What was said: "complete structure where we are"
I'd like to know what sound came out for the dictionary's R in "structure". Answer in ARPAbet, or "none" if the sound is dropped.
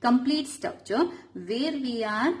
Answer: none